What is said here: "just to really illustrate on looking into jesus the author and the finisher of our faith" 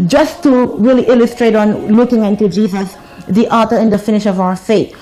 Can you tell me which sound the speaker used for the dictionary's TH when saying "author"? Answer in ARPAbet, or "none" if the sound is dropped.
T